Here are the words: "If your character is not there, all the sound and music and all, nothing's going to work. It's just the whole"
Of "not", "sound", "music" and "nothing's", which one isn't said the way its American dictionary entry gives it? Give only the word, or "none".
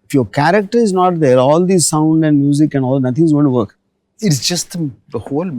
nothing's